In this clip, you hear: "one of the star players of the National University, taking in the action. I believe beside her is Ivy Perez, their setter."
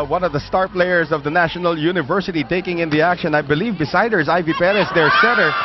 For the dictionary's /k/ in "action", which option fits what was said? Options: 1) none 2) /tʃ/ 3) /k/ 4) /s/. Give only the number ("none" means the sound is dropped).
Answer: 3